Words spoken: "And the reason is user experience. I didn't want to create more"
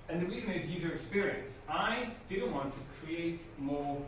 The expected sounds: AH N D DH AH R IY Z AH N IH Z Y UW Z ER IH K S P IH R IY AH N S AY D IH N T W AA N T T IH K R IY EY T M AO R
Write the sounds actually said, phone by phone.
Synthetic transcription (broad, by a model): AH N DH AH R IY Z AH N IH Z Y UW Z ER IH K S P IH R IY AH N S AY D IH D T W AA N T T IH K R IY EY T M AO R